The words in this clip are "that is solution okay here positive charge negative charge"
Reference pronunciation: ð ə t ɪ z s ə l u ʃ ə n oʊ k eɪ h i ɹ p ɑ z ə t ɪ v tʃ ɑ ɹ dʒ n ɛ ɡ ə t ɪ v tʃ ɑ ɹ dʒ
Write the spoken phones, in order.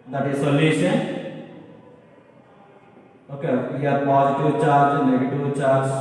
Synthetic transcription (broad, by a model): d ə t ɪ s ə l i s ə oʊ k eɪ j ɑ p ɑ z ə t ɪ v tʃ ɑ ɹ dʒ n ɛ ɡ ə t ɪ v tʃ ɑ ɹ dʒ